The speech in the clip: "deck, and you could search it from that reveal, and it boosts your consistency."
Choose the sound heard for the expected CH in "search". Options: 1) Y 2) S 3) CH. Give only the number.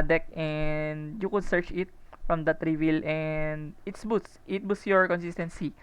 3